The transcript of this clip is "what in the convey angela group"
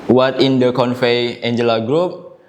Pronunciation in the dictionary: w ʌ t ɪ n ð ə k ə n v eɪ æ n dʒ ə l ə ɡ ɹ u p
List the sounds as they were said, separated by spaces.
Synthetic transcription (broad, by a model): w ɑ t ɪ n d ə k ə n f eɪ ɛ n dʒ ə l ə ɡ ɹ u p